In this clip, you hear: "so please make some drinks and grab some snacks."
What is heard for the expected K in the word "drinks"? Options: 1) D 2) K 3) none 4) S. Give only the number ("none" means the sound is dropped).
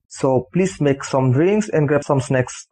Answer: 3